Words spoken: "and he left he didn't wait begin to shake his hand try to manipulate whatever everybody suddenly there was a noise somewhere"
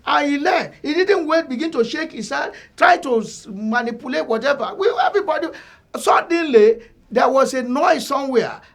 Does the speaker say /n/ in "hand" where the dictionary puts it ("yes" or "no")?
no